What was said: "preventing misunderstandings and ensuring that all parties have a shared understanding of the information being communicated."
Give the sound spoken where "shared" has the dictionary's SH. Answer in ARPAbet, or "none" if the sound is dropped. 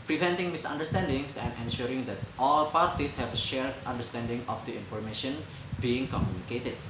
SH